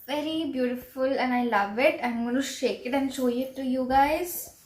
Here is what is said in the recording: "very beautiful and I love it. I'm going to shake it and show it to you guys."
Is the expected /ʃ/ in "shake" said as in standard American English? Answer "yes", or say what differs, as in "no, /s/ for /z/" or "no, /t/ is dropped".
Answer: yes